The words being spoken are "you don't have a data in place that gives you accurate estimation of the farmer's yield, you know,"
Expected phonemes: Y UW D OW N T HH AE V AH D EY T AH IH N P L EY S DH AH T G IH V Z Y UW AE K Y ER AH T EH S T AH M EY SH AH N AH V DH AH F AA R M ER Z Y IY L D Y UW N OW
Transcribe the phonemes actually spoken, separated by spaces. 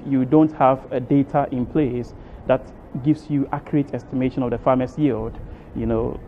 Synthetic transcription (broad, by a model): Y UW D OW N T HH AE V AH D EY T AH IH N P L EY S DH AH T G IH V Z Y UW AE K Y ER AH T EH S T AH M EY SH AH N AH V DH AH F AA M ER S Y IY L D Y UW N OW